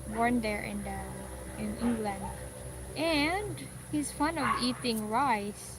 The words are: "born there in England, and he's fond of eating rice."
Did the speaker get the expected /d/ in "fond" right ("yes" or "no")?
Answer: no